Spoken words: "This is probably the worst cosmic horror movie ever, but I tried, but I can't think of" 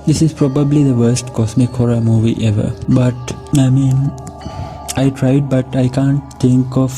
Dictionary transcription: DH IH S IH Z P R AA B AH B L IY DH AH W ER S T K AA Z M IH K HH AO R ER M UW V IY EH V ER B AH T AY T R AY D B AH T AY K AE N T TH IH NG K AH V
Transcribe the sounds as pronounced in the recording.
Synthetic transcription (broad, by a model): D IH S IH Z P R AA B AH B L IY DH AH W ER S T K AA S M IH K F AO R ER M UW V IY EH V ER B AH T AY T R AY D B AH T AY K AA N T T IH NG K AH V